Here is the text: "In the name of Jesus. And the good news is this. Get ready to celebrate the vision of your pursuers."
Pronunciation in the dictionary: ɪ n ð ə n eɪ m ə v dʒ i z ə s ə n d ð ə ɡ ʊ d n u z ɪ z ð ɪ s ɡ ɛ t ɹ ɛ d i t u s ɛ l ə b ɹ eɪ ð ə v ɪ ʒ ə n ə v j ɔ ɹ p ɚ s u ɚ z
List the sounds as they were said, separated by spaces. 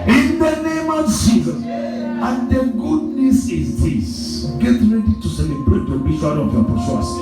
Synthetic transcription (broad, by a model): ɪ n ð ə n eɪ m ə v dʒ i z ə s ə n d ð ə ɡ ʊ d n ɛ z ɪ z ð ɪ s ɡ ɛ t ɹ ɛ d i t u s ɛ l ə b ɹ eɪ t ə b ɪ ʃ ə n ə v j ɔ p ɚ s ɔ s